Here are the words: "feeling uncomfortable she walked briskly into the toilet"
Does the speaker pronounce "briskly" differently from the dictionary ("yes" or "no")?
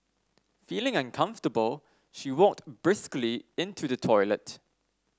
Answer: no